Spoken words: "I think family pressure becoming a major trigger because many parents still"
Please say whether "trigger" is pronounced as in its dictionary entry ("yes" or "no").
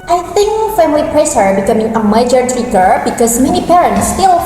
no